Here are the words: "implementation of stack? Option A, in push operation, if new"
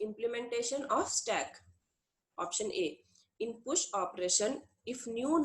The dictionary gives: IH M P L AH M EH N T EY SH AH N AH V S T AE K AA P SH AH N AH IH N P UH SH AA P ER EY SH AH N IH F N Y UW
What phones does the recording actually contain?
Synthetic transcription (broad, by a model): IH M P L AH M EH N T EY SH AH N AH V S T AE K AA P SH AH N AH IH N P UH SH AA P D EY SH AH N IH F N Y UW